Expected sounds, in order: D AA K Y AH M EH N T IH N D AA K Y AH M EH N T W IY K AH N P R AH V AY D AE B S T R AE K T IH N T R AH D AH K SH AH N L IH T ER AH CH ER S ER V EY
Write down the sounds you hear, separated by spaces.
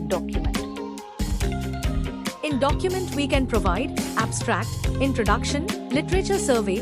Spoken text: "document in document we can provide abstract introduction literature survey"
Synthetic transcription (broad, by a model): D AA K Y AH M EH N T IH N D AA K Y AH M EH N T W IY K AH N P R AH V AY D AE B S T R AE K T IH N T R AH D AH K SH AH N L IH T ER AH CH ER S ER V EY